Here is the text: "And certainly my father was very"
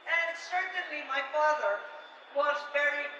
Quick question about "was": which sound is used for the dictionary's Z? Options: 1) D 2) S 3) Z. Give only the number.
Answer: 3